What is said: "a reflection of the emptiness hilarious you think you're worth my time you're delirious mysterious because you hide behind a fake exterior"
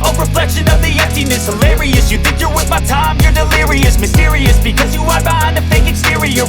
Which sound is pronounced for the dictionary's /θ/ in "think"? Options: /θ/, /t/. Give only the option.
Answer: /θ/